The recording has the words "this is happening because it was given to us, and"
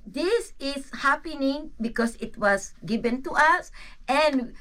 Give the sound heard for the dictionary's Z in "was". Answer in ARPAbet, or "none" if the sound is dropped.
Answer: S